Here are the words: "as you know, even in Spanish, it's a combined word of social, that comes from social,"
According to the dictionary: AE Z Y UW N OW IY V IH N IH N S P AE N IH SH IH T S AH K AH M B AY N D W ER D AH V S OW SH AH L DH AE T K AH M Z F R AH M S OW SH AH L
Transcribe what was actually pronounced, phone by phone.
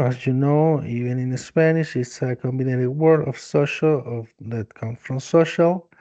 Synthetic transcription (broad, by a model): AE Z Y UW N OW IY V IH N IH N S P AE N IH SH IH T S AH K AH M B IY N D W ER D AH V S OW SH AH L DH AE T K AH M F R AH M S OW SH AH L